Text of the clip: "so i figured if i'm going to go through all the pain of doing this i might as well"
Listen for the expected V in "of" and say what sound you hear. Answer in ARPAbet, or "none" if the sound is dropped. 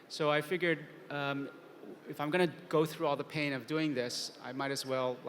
V